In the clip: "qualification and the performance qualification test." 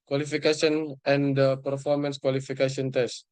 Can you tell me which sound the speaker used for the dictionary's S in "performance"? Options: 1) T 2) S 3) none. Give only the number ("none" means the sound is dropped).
2